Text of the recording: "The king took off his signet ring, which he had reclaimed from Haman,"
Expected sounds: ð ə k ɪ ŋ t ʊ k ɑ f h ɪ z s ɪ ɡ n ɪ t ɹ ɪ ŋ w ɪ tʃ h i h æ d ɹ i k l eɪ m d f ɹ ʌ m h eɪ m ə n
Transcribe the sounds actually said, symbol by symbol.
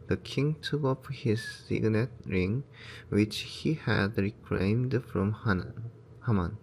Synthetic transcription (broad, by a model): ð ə k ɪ ŋ t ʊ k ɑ p h ɪ z s ɪ ɡ n ɪ t ɹ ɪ ŋ w ɪ tʃ h i h æ d ɹ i k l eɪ m d f ɹ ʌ m h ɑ m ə n